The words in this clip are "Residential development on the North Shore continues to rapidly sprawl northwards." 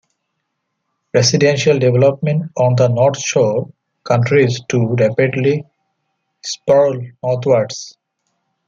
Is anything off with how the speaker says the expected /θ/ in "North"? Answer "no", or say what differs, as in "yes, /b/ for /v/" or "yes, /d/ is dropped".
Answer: yes, /t/ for /θ/